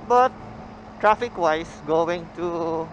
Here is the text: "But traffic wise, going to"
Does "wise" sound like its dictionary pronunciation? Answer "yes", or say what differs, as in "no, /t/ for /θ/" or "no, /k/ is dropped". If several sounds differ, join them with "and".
no, /s/ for /z/